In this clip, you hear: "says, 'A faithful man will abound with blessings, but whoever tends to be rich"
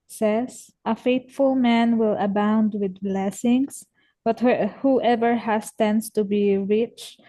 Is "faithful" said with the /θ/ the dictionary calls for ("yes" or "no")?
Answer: no